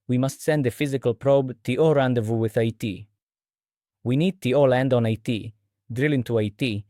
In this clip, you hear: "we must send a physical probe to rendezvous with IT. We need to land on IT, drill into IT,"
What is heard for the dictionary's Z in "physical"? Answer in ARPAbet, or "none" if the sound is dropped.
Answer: Z